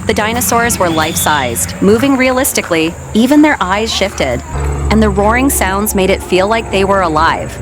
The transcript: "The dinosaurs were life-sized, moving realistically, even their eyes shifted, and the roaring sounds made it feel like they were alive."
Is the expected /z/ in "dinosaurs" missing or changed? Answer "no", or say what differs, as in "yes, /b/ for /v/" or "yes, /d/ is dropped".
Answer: no